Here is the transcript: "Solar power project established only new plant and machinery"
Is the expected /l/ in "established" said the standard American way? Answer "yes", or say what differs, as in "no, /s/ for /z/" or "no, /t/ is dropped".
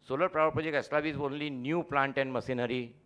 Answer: no, /l/ is dropped